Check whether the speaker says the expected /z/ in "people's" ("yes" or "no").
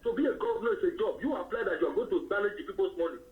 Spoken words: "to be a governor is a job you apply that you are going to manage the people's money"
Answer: no